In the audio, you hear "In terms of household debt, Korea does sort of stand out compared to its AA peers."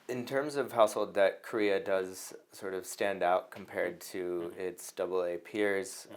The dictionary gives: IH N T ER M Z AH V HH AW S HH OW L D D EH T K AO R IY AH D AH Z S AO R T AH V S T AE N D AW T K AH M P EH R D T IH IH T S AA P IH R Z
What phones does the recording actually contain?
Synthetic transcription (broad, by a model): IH N T ER M Z AH V HH AW S HH OW L D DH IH T K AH R IY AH D AH Z S AO R T AH V S T AE N D AW T K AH M P EH R D T IH IH T S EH P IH R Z